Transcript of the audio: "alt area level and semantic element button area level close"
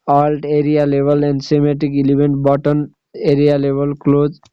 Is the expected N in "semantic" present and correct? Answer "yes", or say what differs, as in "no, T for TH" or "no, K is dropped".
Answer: no, N is dropped